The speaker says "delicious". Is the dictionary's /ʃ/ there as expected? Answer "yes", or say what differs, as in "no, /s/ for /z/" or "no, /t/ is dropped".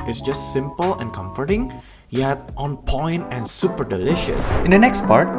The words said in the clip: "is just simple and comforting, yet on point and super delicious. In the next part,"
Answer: yes